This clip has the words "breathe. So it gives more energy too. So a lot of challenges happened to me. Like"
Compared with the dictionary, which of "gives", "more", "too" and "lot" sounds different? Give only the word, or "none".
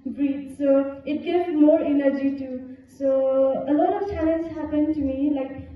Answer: gives